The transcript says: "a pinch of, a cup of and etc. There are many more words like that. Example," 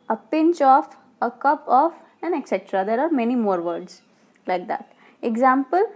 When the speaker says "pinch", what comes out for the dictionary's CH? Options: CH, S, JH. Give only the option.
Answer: CH